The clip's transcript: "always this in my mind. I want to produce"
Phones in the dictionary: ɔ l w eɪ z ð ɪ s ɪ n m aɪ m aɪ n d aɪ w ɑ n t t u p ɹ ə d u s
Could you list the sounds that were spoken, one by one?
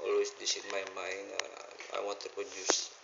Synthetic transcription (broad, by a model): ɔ l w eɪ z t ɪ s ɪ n m aɪ m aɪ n aɪ w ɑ n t t u p ɹ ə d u s